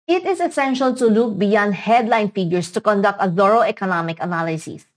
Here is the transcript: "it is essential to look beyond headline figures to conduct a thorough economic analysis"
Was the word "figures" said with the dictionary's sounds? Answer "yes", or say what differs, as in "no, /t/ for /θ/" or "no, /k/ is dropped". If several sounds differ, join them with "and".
no, /s/ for /z/